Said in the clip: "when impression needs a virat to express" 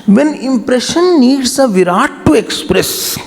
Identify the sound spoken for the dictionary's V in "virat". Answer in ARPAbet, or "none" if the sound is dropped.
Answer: V